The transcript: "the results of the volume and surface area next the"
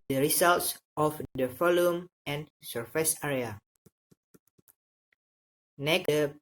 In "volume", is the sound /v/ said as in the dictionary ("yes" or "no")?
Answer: no